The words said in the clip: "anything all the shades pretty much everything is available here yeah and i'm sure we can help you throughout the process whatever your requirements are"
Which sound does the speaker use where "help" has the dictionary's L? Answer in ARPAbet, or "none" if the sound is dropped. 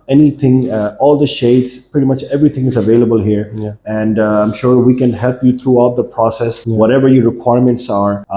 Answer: L